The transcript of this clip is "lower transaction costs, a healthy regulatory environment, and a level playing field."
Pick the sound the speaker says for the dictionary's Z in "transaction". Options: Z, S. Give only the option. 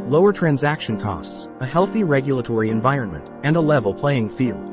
Z